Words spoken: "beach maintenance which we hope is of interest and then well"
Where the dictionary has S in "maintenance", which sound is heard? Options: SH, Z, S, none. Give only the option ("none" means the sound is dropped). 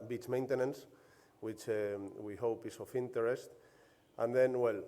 S